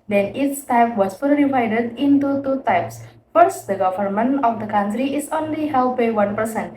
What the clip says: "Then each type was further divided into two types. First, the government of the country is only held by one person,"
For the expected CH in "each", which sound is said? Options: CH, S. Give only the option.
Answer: S